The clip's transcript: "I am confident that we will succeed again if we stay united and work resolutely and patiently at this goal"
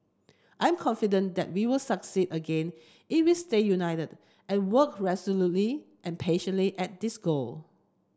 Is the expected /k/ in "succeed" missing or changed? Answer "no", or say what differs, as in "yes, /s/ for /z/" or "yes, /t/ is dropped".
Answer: no